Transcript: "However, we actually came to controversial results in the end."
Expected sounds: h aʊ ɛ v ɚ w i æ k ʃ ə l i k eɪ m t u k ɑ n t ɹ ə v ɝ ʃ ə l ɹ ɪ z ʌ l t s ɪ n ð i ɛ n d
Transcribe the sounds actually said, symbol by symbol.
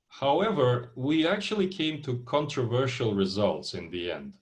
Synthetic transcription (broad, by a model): h aʊ ɛ v ɚ w i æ k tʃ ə l i k eɪ m t u k ɑ n t ɹ ə v ɝ ʃ ə l ɹ ɪ z ʌ l t s ɪ n ð i ɛ n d